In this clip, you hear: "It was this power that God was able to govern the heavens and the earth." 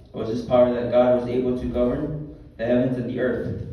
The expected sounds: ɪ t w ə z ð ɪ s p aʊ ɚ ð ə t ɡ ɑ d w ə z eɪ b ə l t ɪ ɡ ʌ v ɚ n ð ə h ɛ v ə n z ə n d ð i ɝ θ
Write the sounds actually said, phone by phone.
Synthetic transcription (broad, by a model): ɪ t w ə z ð ɪ s p aʊ ɚ ð ə t ɡ ɑ d w ə z eɪ b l t ɪ ɡ ʌ v ɚ n ð ə h ɛ v ə n z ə n ð i ɝ θ